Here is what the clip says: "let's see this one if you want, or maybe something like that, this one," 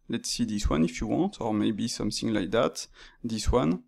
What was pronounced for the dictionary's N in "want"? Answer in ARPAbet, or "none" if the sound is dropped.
N